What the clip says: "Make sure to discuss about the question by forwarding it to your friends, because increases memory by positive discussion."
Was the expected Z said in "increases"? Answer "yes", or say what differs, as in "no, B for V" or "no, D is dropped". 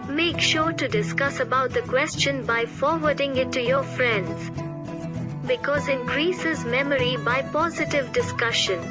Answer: yes